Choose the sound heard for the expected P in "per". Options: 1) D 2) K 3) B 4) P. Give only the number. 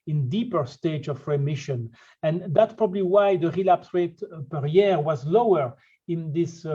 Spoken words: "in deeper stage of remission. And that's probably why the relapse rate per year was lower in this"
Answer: 4